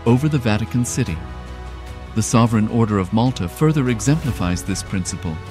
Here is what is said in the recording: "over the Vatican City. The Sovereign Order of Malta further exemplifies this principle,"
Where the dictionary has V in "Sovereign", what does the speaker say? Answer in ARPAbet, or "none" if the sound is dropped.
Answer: V